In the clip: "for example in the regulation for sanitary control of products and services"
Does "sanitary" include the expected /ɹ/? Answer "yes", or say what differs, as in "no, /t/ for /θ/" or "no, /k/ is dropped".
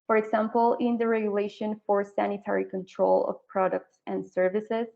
yes